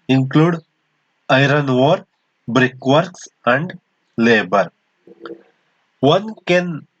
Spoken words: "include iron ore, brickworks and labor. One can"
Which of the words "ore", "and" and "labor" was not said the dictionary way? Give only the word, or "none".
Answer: none